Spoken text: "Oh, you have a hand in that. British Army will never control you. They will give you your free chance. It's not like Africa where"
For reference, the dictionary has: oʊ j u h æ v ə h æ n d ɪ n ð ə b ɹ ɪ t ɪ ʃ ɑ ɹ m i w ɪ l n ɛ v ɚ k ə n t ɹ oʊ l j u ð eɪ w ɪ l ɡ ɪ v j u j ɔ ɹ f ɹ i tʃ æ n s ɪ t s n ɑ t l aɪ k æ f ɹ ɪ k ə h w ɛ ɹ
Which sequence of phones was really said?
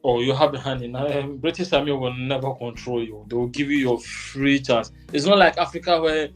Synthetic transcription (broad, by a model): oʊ j u h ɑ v ə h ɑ n ɪ n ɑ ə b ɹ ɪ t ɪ s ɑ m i w ɪ l n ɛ v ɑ k ə n t ɹ oʊ l j u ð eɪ w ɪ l ɡ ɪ v j u j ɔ f ɹ i tʃ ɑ n s ɪ t s n ɑ t l aɪ k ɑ f ɹ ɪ k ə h w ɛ